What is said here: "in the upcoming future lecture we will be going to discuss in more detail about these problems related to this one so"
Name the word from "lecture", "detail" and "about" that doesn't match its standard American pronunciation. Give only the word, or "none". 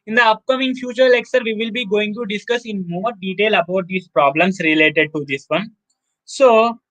lecture